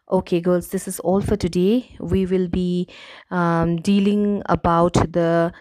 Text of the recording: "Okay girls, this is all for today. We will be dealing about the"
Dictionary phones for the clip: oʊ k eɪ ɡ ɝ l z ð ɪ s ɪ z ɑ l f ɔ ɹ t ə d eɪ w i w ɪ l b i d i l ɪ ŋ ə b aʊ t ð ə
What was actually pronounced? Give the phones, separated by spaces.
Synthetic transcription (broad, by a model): oʊ k eɪ ɡ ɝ l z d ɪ s ɪ z ɑ l f ɔ ɹ t ə d eɪ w i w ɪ l b i d i l ɪ ŋ ə b aʊ t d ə